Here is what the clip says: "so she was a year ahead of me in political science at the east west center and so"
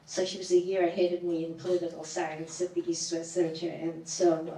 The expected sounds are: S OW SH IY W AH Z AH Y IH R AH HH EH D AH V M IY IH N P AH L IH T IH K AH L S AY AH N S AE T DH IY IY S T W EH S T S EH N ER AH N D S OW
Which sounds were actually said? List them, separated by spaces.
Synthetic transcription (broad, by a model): S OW SH IY W AH Z AH Y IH R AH HH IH D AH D M IY IH N P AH L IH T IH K L S AY AH N S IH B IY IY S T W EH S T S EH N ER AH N S OW